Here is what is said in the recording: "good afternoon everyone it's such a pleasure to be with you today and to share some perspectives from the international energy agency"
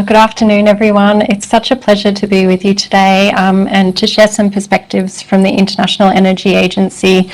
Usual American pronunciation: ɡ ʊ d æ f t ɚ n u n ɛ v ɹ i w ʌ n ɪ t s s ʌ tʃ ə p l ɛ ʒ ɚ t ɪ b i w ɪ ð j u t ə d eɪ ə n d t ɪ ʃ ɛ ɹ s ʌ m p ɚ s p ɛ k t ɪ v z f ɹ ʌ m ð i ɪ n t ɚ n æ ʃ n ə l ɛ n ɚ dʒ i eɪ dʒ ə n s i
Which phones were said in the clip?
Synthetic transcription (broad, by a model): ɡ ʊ d æ f t ɚ n u n ɛ v ɹ i w ʌ n ɪ t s s ʌ tʃ ə p l ɛ ʒ ɚ t ɪ b i w ɪ ð j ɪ t ə d eɪ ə n t ɪ ʃ ɛ ɹ s ʌ m p ɚ s p ɛ k t ɪ v z f ɹ ʌ m ð i ɪ n t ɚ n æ ʃ n l ɛ n ɚ dʒ i eɪ dʒ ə n s i